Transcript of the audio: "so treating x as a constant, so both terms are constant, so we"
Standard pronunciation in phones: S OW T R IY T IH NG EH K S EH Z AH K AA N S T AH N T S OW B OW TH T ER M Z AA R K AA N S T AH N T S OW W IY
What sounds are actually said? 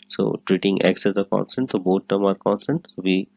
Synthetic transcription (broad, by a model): S OW T R IY T IH NG EH K S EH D AH K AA N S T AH N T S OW B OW T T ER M AA R K AA N S T AH N T S OW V IY